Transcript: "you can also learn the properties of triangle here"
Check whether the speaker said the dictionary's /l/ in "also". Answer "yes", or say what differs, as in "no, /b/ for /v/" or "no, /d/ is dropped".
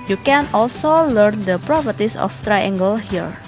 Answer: yes